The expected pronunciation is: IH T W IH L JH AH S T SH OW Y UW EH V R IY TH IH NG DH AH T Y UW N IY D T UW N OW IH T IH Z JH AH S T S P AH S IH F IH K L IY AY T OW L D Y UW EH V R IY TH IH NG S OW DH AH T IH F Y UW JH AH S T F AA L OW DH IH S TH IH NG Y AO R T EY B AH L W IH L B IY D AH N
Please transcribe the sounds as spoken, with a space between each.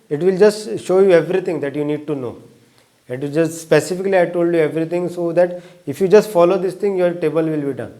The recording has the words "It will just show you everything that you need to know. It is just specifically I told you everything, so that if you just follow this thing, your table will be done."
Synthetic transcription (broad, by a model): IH T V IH L JH AH S T SH OW Y UW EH V R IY T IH NG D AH T Y UW N IY D T UW N OW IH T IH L JH AH S T S P AH S IH F IH K L IY AY T OW L D Y UW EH V R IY T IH NG S OW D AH T IH F Y UW JH AH S T F AA L OW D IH S T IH NG Y AO R T EY B AH L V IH L B IY D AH N